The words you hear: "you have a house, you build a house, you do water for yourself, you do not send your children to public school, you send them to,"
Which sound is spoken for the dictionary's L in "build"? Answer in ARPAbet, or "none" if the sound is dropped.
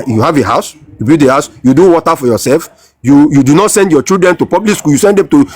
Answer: none